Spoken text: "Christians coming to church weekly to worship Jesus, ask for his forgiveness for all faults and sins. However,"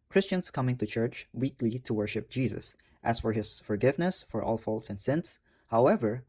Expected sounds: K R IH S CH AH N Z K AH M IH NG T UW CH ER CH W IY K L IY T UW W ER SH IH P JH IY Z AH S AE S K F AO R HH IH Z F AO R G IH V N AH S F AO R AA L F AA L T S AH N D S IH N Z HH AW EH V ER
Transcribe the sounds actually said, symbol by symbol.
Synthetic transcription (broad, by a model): K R IH S CH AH N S K AH M IH NG T UW CH ER CH W IY K L IY T UW W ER SH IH P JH IY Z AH S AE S F AO R HH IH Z F AO R G IH V N AH S F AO R AA L F AA L T S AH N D S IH N S HH AW EH V ER